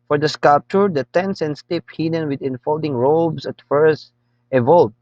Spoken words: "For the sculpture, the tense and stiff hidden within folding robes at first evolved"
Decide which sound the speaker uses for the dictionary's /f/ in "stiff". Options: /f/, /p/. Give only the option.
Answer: /p/